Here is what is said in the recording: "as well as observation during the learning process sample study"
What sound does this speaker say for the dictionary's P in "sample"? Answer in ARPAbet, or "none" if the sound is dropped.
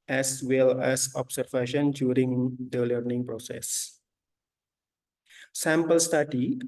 P